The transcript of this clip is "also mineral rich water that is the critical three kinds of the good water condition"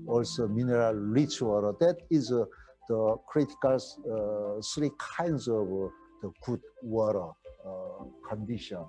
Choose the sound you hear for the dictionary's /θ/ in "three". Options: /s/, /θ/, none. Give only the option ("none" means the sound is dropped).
/s/